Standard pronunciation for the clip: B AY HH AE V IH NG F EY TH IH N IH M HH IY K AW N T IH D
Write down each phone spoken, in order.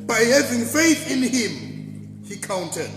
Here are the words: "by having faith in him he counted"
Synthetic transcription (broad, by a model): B AY HH AE V IH NG F EY TH IH N IH M HH IY K AW N T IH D